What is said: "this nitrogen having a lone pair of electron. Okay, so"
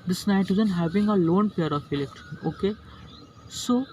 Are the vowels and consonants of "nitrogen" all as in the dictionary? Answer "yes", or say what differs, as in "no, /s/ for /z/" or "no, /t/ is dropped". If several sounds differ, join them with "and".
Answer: no, /ɹ/ is dropped and /z/ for /dʒ/